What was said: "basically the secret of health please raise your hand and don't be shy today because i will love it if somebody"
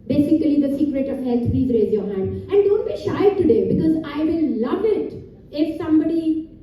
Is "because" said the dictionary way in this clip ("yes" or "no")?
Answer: yes